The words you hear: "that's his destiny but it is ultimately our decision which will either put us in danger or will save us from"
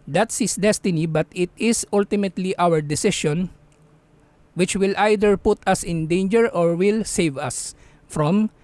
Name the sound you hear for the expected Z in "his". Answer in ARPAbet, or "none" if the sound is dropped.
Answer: S